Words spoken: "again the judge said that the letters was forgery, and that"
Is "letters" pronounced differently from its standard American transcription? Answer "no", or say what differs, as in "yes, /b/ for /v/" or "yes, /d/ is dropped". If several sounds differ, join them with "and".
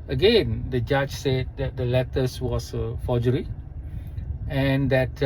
yes, /s/ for /z/